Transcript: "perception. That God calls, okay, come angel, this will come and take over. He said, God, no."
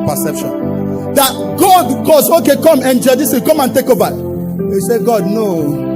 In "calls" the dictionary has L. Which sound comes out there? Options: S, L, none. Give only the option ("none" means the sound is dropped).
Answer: none